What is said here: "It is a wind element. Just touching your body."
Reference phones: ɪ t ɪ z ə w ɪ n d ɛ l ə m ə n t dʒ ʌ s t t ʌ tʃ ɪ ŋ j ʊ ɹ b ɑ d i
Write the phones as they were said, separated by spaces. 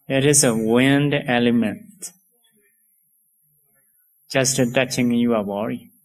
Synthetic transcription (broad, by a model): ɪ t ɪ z ə w ɪ n d ɛ l ə m ə n t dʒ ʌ s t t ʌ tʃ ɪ ŋ j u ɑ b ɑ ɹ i